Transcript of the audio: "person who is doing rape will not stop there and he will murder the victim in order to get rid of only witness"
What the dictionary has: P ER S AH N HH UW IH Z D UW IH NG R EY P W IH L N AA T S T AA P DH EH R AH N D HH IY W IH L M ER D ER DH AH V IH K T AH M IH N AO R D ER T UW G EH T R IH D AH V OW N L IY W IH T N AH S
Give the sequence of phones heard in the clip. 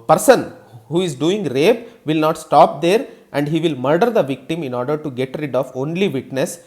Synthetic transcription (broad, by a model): P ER S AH N HH UW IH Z D UW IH NG R EY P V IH L N AA T S T AA P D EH R AH N D HH IY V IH L M ER D ER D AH V IH K T AH M IH N AO R D ER T UW G EH T R IH D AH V OW N L IY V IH T N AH S